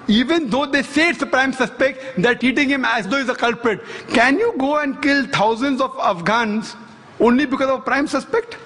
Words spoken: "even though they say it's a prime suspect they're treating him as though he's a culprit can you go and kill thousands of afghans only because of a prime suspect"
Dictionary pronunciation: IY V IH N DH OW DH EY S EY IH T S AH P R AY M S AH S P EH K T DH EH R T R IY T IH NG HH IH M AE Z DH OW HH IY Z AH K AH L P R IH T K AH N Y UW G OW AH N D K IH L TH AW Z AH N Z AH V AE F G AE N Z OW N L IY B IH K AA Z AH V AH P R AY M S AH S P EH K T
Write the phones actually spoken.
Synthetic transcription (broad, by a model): IY V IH N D OW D EY S EY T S AH P R AY M S AH S P EH K T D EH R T IY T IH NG HH IH M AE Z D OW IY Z AH K AH L P R IH T K AH N Y UW G OW AH N D K IH L T AW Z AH N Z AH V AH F G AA N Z OW N L IY B IH K AA Z AH V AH P R AY M S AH S P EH K T